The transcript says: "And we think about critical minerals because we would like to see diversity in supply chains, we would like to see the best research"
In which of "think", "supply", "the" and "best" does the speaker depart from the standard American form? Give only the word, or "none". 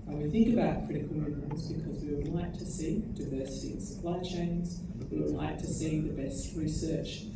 none